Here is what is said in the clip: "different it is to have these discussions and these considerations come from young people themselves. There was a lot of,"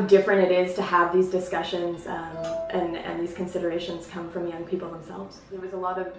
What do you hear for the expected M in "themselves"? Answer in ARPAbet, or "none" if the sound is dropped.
M